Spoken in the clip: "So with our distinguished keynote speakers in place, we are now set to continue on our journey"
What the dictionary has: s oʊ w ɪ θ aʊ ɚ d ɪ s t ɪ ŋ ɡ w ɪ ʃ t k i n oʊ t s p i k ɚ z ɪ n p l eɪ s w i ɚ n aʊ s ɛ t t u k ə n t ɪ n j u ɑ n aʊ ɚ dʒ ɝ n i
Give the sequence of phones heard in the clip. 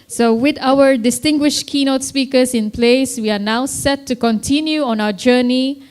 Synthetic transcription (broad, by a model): s oʊ w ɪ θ aʊ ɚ d ɪ s t ɪ ŋ ɡ w ɪ ʃ t k i n oʊ t s p i k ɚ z ɪ n p l eɪ s w i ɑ n aʊ s ɛ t t u k ə n t ɪ n j u ɑ n aʊ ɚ dʒ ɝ n i